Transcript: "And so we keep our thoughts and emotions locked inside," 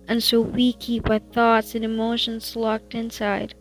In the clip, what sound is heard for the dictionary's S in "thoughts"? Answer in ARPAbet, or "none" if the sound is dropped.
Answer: S